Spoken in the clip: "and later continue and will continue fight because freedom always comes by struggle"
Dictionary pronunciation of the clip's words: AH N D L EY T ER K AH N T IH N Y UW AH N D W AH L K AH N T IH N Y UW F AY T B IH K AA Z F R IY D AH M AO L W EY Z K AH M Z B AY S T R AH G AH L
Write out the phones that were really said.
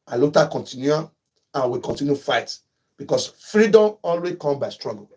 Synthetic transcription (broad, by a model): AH L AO T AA K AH N T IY N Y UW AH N W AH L K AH N T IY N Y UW F AY T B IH K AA S F R IY D AH M AO L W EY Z K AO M B AY S T R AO G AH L